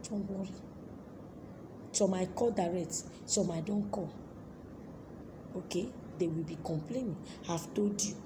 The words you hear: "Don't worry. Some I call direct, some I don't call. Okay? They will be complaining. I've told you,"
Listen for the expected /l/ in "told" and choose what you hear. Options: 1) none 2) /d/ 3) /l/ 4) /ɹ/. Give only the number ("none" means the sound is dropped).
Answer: 1